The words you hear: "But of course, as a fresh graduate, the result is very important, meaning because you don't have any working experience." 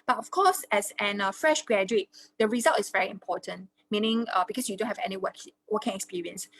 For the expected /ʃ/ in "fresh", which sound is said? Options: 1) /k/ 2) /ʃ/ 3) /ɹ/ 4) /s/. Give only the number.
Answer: 2